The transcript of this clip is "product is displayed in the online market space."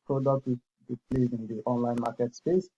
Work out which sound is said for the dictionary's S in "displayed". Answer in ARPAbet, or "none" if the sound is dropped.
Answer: none